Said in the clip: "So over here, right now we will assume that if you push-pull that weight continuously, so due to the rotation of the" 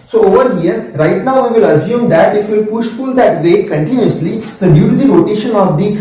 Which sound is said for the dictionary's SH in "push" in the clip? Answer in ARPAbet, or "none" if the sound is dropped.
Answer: SH